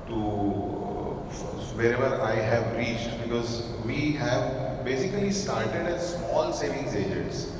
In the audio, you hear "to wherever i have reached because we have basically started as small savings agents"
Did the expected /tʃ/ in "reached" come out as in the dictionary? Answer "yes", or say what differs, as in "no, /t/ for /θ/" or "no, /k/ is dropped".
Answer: yes